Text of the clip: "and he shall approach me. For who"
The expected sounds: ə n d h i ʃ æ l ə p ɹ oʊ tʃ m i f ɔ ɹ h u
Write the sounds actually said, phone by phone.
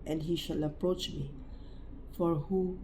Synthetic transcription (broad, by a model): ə n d h i ʃ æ l ə p ɹ oʊ tʃ m i f ɔ ɹ h u